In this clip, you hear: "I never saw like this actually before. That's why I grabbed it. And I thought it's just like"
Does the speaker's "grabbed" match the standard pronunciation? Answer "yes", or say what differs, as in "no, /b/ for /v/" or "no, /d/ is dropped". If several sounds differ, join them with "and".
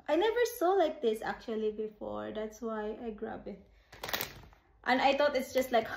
no, /d/ is dropped